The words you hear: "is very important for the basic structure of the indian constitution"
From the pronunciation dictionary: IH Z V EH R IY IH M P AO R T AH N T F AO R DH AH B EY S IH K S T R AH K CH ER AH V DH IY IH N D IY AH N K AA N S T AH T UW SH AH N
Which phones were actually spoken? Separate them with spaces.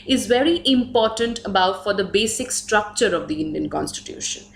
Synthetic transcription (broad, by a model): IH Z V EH R IY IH M P AO R T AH N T F AO R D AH B EY S IH K S T R AH K CH ER AH V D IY IH N D IY AH N K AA N S T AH T UW SH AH N